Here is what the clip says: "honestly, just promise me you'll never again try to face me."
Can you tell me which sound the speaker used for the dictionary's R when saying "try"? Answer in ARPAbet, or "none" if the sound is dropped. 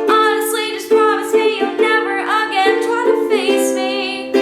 none